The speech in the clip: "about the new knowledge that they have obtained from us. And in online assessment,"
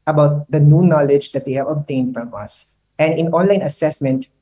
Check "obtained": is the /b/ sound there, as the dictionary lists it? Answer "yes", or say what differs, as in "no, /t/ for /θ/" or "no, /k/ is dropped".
yes